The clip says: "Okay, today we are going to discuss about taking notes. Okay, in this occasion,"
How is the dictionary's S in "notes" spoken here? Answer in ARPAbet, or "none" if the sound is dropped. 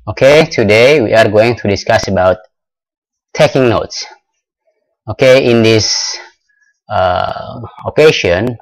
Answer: S